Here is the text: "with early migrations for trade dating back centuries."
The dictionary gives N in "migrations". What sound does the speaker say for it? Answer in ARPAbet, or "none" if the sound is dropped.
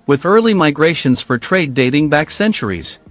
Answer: N